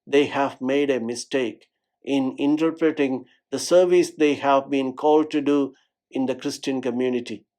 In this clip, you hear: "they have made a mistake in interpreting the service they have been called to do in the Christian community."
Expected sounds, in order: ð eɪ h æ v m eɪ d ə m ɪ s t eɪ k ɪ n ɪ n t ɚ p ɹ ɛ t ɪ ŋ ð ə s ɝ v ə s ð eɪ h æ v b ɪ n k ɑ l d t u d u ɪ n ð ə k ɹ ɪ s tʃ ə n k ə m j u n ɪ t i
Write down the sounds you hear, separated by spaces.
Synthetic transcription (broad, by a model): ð eɪ h æ v m eɪ d ə m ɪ s t eɪ k ɪ n ɪ n t ɚ p ɹ ɛ t ɪ ŋ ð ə s ɝ v ə s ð eɪ h æ v b ɪ n k ɑ l d t u d u ɪ n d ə k ɹ ɪ s tʃ ə n k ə m j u n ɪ t i